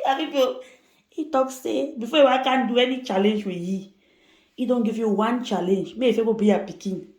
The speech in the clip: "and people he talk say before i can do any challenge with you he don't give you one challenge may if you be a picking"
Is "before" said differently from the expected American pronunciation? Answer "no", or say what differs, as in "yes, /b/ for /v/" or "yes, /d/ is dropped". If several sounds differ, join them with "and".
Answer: yes, /w/ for /ɹ/